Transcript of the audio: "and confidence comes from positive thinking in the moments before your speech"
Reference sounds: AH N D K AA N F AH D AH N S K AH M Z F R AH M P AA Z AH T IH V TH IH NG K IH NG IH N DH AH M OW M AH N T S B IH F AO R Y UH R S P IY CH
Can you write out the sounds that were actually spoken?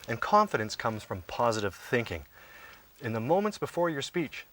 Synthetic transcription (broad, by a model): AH N K AA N F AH D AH N S K AH M Z F R AH M P AA Z AH T IH V TH IH NG K IH NG IH N DH AH M OW M AH N T S B IH F AO R Y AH R S P IY CH